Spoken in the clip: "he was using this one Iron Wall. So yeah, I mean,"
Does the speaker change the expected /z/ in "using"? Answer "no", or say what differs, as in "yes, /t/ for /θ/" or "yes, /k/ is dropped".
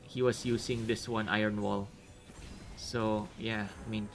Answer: yes, /s/ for /z/